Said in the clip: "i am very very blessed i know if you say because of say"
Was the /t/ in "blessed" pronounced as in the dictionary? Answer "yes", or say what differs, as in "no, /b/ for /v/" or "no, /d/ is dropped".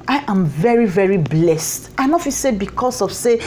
yes